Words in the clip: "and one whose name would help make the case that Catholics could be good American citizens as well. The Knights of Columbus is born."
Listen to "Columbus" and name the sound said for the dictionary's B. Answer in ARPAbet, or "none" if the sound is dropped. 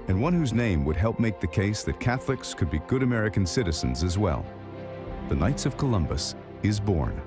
B